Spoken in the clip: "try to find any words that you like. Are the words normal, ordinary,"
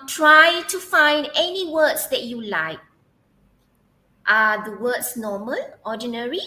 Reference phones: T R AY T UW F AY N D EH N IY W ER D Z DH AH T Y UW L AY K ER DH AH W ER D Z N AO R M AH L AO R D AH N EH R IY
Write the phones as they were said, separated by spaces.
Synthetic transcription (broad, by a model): T R AY T UW F AY N D EH N IY W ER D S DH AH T Y UW L AY K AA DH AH W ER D S N AO M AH L AO D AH N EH R IY